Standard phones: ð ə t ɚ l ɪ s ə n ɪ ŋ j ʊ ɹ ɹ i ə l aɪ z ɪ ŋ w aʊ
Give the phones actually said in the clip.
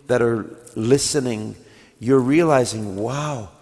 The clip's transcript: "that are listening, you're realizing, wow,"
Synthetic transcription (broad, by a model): ð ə t ɚ l ɪ s ə n ɪ ŋ j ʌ ɹ ɹ i ə l aɪ z ɪ ŋ w aʊ